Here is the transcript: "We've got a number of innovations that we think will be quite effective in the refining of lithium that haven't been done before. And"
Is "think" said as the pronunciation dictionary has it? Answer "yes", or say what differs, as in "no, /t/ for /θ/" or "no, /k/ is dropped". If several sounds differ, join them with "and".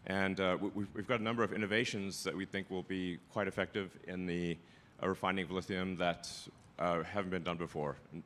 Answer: yes